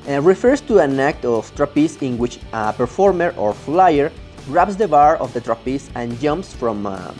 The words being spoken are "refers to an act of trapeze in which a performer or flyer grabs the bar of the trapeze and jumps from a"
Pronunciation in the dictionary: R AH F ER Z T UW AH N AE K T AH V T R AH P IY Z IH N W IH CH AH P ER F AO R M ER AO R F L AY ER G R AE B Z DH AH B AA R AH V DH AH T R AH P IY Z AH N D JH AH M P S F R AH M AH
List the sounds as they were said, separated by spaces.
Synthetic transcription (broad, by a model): R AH F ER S T UW AH N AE K T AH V T R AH P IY S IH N W IH CH AH P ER F AO R M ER AO R F L AY ER R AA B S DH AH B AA R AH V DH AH T R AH P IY S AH N JH AH M P S F R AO M